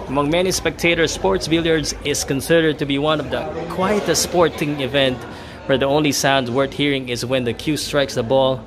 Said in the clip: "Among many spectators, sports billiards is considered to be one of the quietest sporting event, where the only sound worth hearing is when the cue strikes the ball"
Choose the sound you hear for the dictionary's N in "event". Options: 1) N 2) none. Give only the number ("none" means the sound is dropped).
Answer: 1